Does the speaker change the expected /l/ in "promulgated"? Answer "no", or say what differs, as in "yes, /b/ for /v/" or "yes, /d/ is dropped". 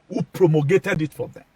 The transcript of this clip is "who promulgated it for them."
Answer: yes, /l/ is dropped